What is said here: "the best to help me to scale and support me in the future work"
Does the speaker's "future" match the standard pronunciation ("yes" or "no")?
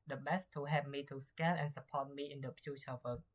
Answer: no